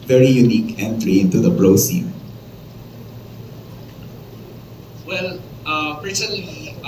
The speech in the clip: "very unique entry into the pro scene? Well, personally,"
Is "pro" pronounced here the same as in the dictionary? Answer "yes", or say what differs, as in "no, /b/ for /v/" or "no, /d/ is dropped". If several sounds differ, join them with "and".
no, /b/ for /p/